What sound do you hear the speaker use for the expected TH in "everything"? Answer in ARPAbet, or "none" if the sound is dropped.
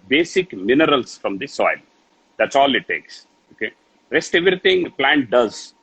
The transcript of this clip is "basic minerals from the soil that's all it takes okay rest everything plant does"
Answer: T